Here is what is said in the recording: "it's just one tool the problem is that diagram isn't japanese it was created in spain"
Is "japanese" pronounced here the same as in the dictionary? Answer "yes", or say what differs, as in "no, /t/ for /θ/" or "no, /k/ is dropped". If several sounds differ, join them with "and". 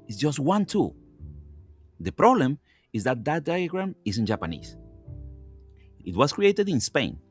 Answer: no, /s/ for /z/